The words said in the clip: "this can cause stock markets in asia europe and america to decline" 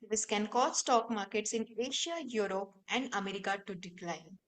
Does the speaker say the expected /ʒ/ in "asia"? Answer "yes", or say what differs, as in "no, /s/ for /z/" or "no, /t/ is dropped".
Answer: no, /ʃ/ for /ʒ/